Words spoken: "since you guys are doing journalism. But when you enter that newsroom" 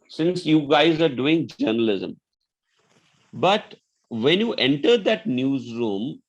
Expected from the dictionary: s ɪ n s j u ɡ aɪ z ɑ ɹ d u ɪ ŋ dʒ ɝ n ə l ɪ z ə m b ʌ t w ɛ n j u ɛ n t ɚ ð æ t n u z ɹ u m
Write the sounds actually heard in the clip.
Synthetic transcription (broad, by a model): s ɪ n s j u ɡ aɪ z ɑ ɹ d u ɪ ŋ dʒ ɝ n ə l ɪ z ə m b ʌ t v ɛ n j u ɛ n t ɚ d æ t n u z ɹ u m